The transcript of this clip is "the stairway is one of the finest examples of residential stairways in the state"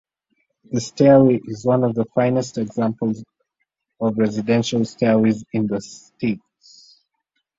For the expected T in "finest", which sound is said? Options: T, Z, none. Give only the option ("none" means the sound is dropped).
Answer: T